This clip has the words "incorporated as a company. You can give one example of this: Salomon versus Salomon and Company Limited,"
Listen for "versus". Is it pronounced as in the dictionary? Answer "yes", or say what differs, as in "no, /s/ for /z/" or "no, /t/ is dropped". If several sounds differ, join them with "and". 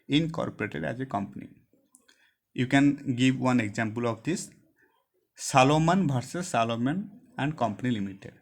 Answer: no, /b/ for /v/